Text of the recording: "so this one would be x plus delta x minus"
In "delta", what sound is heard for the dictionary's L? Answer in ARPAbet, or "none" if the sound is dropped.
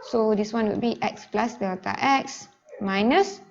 none